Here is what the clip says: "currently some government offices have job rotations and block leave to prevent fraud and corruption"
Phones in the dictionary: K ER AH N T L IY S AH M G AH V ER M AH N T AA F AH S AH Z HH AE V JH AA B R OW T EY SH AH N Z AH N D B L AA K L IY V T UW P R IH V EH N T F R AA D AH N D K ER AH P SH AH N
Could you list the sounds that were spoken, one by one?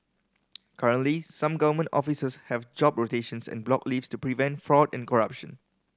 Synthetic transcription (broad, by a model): K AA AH N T L IY S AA M G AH V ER M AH N T AA F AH S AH S HH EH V JH AA B R OW T EY SH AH N S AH N B L AA K L IY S T UW P R IH V EH N T F R AA D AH N K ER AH P SH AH N